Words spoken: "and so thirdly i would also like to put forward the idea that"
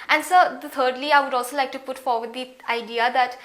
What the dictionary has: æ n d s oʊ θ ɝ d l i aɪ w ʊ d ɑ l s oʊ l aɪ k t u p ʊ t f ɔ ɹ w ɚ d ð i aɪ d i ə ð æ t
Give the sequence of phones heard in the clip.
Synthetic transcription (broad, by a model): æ n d s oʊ t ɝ d l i aɪ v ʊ d ɑ l s oʊ l aɪ k t u p ʊ t f ɔ ɹ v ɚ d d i aɪ d i ə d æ t